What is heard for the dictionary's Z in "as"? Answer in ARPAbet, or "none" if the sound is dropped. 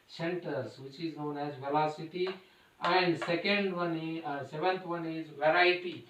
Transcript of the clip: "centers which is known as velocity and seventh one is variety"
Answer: Z